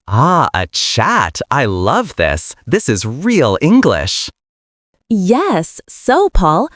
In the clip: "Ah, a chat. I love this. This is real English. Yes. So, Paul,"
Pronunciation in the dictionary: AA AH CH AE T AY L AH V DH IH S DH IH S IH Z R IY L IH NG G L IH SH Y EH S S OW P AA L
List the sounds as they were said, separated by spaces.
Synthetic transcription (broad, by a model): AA AH CH AE T AY L AH V DH IH S DH IH S IH Z R IY L IH NG G L IH SH Y EH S S OW P AA L